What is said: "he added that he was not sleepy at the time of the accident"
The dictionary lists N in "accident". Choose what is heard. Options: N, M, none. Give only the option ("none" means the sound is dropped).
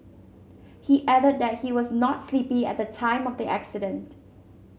N